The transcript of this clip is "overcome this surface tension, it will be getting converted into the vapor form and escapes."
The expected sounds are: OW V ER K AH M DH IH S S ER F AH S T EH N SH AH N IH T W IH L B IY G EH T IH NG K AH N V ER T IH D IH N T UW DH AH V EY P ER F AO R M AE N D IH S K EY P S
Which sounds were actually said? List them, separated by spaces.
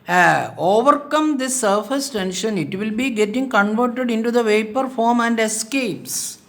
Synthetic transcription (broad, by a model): OW V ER K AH M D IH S S ER F AH S T EH N SH AH N IH T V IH L B IY G EH T IH NG K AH N V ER T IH D IH N T UW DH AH V EY P ER F AO R M AE N D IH S K EY P S